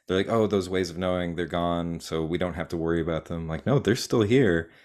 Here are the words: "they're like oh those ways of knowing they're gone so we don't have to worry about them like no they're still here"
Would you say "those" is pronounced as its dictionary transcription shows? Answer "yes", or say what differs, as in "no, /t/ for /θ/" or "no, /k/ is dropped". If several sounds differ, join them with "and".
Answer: yes